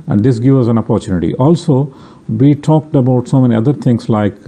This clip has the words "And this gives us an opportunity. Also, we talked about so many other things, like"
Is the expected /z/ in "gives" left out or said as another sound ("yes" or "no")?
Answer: yes